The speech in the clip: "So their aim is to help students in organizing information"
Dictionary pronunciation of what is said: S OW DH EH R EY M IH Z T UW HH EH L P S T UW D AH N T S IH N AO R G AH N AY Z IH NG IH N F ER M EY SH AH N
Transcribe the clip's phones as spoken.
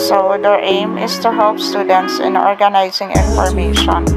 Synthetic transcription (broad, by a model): S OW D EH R EY M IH S T UW HH EH L P S T UW D AH N T S IH N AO R G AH N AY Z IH NG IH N F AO M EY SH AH N